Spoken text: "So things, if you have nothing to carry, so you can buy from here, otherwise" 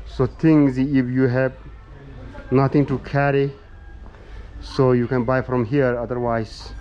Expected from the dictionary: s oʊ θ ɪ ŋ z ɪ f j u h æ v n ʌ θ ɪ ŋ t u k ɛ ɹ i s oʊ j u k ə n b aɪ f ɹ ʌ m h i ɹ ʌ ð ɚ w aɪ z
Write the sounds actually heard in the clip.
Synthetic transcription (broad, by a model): s oʊ t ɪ ŋ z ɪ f j u h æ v n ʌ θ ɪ ŋ t u k ɛ ɹ i s oʊ j u k ə n b aɪ f ɹ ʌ m h i ɹ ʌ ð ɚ w aɪ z